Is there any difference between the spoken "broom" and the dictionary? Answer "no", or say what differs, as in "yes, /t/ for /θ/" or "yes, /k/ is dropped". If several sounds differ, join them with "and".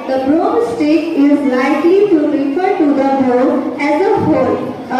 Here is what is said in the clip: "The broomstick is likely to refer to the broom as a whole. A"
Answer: yes, /m/ is dropped